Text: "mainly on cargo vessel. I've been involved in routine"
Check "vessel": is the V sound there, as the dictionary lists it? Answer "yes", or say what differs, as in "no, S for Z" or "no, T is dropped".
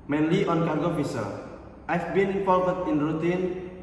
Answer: no, F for V